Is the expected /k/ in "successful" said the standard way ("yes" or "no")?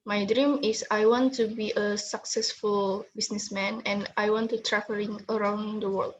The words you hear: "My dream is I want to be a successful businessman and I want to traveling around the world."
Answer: yes